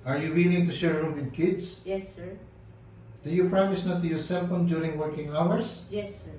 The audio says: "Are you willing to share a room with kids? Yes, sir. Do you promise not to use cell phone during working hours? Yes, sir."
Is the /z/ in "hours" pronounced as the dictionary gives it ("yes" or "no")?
no